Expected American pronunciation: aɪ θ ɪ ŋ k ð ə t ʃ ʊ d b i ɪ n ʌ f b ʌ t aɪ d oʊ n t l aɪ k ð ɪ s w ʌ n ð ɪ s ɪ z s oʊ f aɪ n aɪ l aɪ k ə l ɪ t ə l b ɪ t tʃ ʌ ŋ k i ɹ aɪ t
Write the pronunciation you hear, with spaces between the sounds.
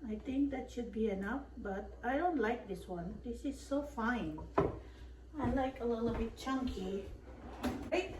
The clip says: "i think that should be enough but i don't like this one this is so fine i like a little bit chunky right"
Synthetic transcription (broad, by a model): aɪ t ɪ ŋ k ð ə t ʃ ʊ d b i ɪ n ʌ f b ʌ t aɪ d oʊ n t l aɪ k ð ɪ s w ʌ n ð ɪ s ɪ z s oʊ f aɪ n aɪ l aɪ k ə l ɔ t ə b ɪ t tʃ ʌ ŋ k i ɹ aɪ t